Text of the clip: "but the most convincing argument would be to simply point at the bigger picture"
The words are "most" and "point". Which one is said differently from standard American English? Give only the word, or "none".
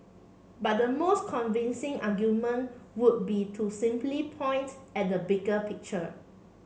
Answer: none